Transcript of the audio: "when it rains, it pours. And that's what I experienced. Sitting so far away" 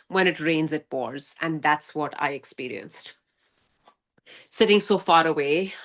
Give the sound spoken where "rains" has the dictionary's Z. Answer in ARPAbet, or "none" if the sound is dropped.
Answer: Z